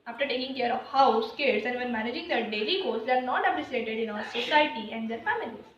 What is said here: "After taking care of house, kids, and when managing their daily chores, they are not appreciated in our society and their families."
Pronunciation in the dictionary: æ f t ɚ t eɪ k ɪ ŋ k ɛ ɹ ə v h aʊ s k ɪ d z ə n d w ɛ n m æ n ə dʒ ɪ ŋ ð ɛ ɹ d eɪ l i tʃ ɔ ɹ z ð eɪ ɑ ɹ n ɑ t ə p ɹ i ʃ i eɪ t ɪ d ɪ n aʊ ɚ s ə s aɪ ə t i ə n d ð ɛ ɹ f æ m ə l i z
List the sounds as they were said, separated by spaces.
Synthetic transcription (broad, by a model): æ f t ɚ t eɪ k ɪ ŋ k ɛ ɹ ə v h aʊ s k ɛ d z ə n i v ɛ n m æ n ə dʒ ɪ ŋ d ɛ d eɪ l i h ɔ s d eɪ ɑ ɹ n ɑ t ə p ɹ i s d eɪ t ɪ d ɪ n aʊ ɚ s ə s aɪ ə t i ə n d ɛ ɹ f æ m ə l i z